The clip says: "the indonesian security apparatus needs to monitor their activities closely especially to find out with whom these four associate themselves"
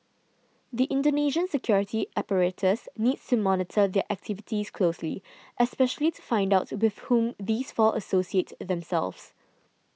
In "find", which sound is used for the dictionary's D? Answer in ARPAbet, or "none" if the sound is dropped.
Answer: D